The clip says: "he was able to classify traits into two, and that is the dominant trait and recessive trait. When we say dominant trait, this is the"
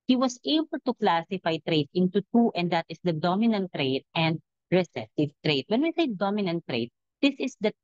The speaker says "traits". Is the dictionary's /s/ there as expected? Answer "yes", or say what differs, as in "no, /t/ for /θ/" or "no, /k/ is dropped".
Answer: no, /s/ is dropped